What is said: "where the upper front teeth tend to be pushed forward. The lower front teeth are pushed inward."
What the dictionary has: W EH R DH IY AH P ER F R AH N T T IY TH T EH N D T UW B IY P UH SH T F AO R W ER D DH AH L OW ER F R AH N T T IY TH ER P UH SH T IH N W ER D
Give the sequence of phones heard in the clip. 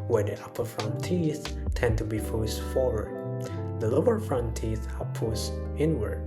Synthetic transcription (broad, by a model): W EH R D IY AH P ER F R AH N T T IY TH T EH N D T UW B IY F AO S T F AO R W ER D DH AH L OW ER F R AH N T T IY TH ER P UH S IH N W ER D